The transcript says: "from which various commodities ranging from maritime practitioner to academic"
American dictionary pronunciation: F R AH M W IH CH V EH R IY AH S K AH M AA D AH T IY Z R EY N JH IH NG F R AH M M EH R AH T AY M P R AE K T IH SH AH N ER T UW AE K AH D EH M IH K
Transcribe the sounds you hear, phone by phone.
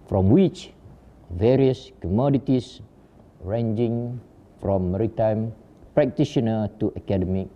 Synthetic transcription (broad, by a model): F R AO M W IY CH V EH R IY AH S K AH M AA D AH T IY S R EY N JH IH NG F R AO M M EH R AH T AY M P R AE K T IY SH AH N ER T UW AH K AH D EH M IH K